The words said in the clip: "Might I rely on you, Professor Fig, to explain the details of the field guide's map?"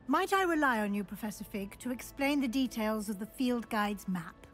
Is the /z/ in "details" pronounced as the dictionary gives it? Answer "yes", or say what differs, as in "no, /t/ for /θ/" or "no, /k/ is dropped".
yes